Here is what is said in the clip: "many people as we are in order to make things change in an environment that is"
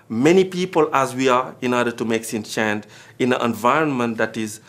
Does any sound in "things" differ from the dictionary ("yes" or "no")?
yes